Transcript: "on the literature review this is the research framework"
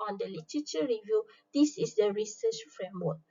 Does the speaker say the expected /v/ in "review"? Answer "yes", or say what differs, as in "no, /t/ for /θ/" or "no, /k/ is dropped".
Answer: yes